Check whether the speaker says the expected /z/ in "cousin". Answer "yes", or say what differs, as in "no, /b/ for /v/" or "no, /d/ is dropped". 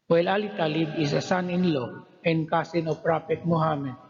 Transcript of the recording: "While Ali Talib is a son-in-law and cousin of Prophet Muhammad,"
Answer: no, /s/ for /z/